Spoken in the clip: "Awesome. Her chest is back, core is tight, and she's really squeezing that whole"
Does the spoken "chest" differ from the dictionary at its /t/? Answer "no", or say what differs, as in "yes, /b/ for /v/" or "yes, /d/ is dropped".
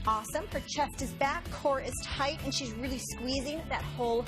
no